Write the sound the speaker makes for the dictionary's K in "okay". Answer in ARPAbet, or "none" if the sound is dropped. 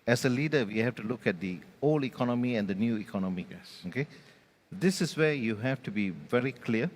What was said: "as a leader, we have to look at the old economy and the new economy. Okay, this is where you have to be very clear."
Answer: K